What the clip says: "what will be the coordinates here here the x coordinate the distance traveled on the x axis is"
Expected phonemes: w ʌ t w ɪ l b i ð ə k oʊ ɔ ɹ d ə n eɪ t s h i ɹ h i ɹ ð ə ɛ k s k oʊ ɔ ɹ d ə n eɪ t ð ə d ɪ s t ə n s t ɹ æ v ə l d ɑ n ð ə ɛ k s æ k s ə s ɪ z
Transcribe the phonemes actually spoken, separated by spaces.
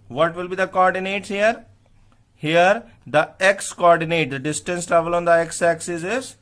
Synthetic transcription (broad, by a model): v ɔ t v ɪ l b i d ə k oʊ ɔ ɹ d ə n eɪ t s h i ɹ h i ɹ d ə ɛ k s k oʊ ɔ ɹ d ə n eɪ t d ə d ɪ s t ə n s t ɹ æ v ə l ɑ n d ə ɛ k s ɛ k s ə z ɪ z